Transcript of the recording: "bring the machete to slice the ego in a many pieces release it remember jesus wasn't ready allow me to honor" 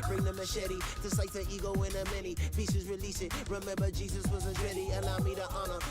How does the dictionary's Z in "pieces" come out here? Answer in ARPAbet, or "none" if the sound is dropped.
Z